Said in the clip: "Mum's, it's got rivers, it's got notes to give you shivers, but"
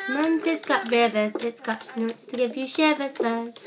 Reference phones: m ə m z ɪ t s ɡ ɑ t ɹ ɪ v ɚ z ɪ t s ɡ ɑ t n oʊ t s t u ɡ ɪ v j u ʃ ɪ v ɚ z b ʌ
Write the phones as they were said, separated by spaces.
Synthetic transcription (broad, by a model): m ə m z ɪ t s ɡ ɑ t ɹ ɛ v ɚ s ɪ t s ɡ ɑ t n oʊ t s t u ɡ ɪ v j u ʃ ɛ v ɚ s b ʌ